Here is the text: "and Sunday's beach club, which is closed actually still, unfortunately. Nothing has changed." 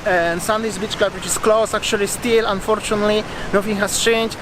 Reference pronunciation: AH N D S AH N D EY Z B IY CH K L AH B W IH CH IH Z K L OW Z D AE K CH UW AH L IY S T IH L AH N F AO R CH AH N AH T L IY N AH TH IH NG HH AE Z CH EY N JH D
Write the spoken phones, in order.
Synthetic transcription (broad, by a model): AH N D S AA N D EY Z B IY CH K L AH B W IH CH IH S K L OW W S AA K CH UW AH L IY S T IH L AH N F AO R CH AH N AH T L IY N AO F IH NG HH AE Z CH EY N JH